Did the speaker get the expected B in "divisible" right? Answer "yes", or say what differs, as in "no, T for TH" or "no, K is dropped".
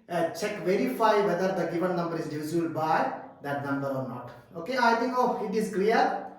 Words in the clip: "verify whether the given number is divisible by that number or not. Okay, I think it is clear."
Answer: no, B is dropped